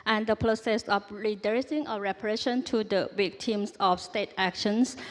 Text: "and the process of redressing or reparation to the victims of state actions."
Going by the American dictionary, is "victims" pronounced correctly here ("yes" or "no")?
no